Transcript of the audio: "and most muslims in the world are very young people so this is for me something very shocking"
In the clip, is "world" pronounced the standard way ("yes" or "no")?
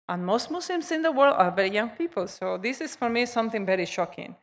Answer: yes